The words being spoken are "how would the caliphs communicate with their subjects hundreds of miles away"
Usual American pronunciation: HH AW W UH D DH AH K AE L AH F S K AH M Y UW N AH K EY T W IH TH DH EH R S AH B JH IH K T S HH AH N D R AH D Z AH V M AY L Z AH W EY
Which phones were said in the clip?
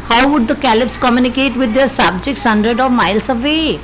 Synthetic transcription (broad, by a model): HH AW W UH D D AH K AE L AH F S K AH M Y UW N AH K EY T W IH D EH R S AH B JH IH K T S HH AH N D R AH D AH V M AY L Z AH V EY